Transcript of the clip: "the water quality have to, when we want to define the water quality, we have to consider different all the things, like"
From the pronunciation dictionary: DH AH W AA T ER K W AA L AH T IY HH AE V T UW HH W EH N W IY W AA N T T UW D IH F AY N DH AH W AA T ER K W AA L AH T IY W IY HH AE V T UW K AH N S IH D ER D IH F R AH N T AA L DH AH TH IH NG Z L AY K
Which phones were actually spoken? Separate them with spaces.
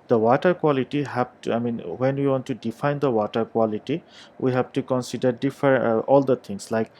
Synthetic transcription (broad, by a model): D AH W AA T ER K W AA L AH T IY HH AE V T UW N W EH N W IY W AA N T T UW D IH F AY N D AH W AA T ER K W AA L AH T IY W IY HH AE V T UW K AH N S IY D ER D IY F AH T AA L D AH T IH NG S L AY K